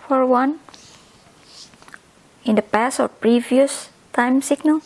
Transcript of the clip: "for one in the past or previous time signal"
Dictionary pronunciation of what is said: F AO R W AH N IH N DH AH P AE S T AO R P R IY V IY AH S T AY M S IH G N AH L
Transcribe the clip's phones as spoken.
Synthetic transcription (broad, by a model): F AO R W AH N IH N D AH P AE S AO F P R IY V IY AH S T AY M S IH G N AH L